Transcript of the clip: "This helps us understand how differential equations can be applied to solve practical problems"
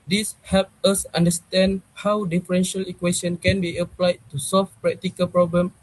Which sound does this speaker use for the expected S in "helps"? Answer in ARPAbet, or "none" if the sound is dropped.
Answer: none